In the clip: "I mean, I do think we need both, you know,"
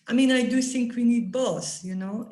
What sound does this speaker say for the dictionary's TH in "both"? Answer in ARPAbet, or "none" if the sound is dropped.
S